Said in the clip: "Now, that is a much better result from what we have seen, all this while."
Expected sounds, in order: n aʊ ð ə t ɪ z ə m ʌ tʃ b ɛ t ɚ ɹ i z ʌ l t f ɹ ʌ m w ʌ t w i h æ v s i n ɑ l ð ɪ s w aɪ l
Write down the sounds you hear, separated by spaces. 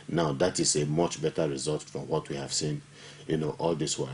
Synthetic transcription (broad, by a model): n aʊ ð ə t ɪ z ə m ʌ tʃ b ɛ t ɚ ɹ i z ʌ l t f ɹ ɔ m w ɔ t w i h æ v s i n ɑ l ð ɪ s w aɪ